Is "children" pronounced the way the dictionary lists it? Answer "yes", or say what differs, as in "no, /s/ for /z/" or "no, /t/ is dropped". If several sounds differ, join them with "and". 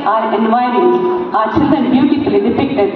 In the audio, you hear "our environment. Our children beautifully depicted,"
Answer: no, /ɹ/ is dropped